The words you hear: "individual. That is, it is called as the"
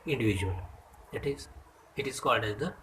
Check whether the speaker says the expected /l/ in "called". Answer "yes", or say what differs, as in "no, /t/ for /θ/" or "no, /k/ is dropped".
yes